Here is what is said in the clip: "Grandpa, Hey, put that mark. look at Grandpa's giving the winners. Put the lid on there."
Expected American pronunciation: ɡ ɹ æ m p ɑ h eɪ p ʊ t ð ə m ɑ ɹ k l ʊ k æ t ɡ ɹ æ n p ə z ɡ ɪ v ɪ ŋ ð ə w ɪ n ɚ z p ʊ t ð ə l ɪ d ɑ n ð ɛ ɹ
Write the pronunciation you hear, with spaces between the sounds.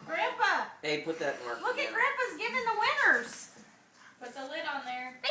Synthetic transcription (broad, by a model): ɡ ɹ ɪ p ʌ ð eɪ p ʊ t ð ə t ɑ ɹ l ʊ k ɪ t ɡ ɹ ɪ p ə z ɡ ɪ v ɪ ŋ ð ə w ɪ n ɚ z b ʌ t ð ə l ɪ d n ð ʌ ɹ